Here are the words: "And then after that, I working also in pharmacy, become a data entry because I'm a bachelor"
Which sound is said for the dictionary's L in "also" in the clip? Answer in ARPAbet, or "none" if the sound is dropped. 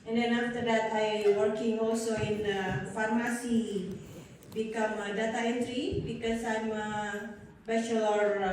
L